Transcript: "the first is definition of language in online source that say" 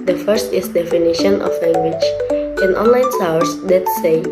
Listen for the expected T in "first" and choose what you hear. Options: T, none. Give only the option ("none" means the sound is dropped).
T